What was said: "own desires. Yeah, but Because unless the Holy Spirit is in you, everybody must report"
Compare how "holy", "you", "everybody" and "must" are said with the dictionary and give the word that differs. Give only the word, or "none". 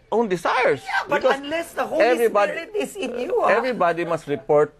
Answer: holy